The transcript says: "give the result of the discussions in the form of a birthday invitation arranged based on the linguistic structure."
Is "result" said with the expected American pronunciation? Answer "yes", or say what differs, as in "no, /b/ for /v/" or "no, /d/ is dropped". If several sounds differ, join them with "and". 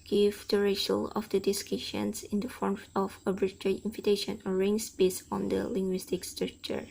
no, /t/ is dropped